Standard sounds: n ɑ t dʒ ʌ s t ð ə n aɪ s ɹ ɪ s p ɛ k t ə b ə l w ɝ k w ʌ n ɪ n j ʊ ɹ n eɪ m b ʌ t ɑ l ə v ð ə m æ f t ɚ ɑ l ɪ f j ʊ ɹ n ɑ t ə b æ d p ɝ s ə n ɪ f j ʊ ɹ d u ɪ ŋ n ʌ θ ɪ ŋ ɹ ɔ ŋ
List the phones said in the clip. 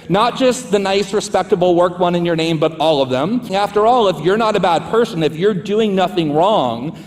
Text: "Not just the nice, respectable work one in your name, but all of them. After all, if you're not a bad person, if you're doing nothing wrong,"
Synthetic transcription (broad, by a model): n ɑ t dʒ ʌ s t ð ə n aɪ s ɹ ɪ s p ɛ k t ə b l w ɝ k w ʌ n ɪ n j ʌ ɹ n eɪ m b ʌ t ɑ l ə v ð ə m æ f t ɚ ɑ l ɪ f j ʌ ɹ n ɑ t ə b æ d p ɝ s ə n ɪ f j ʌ ɹ d u ɪ ŋ n ʌ θ ɪ ŋ ɹ ɔ ŋ